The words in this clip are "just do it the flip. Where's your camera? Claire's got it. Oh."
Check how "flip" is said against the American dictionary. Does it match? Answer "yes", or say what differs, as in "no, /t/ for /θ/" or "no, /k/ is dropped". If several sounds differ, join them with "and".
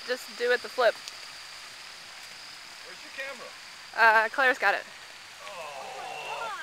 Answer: yes